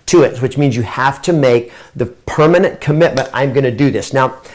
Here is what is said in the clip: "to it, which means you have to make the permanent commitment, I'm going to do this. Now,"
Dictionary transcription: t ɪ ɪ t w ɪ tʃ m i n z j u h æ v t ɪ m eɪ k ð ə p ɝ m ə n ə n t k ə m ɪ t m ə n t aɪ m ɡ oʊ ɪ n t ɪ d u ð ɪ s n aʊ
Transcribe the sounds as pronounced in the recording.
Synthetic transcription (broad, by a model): t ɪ ɪ t w ɪ tʃ m i n z j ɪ h æ f t ɪ m eɪ k ð ə p ɝ m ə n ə n k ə m ɪ t m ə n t aɪ m ɡ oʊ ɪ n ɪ d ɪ ð ɪ s n aʊ